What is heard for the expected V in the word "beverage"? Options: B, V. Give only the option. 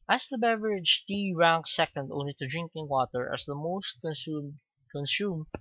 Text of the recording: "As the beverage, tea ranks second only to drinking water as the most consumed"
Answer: V